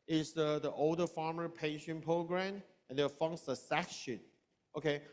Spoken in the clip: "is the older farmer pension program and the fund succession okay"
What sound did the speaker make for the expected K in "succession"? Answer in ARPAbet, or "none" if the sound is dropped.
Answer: none